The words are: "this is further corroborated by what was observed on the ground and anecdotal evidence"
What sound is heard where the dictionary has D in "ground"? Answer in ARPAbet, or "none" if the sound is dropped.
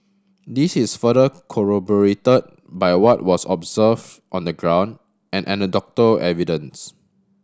D